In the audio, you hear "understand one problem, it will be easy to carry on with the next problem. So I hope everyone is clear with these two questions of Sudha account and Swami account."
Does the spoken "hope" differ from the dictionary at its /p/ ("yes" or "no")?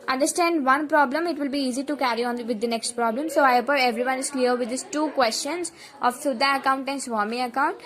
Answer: yes